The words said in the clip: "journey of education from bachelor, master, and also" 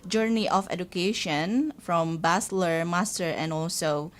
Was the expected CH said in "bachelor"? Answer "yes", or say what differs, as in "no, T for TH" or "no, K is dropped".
no, S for CH